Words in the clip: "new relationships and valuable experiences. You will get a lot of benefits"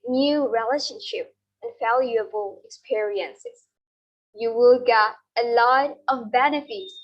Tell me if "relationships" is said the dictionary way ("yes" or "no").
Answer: no